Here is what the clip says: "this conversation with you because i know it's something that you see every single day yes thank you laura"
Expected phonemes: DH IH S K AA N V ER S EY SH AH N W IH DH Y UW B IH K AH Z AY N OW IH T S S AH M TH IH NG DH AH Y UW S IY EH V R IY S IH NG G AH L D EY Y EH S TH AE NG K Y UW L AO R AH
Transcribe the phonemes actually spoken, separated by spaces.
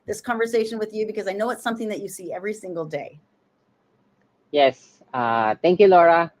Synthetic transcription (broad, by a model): DH IH S K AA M V ER S EY SH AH N W IH DH Y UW B IH K AH Z AY N OW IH T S S AH M TH IH NG DH AH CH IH S IY EH V R IY S IH NG G L D EY Y EH S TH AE NG K Y UW L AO R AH